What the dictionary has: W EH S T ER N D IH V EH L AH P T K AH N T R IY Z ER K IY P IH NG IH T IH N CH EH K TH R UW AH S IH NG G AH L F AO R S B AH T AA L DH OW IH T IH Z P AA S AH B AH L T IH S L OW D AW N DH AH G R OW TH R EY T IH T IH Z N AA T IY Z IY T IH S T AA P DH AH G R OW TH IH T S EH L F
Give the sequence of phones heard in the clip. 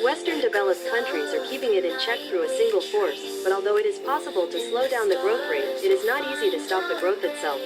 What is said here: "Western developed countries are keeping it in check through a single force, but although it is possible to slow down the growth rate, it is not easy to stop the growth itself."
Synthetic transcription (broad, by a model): W EH S T ER N D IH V EH L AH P K AH N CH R IY Z ER K IY P IH NG IH T IH N CH EH K TH R UW AH S IH NG G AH L F AO R S B AH T AA L DH OW IH T IH Z P AA S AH B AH L T IH S L OW D AW N DH AH G R OW TH R EY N IH T IH Z N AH T IY Z IY T IH S T AA P DH AH G R OW TH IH T S EH L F